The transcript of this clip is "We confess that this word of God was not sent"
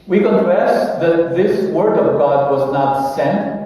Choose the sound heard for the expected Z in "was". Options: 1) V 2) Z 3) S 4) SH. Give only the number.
2